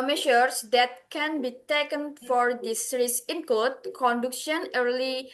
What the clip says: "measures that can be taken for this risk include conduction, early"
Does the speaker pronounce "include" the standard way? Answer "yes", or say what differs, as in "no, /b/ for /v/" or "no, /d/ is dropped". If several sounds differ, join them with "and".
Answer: no, /l/ is dropped